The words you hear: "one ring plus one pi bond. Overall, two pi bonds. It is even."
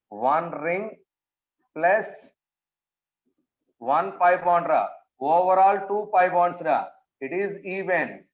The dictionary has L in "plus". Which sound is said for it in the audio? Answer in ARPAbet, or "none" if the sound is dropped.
L